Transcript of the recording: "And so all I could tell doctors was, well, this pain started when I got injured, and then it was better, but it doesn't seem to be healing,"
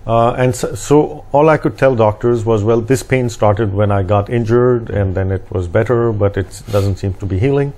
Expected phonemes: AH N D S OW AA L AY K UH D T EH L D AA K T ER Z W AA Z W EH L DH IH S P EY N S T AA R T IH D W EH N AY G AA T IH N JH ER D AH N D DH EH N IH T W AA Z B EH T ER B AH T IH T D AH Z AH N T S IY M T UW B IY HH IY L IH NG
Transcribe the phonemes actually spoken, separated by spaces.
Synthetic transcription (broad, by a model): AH N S S OW AA L AY K UH D T EH L D AA K T ER Z W AA Z W EH L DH IH S P EY N S T AA R T IH D W EH N AY G AA T IH N JH ER D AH N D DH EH N IH T W AA Z B EH T ER B AH T IH T D AH Z AH N T S IY M T UW B IY HH IY L IH NG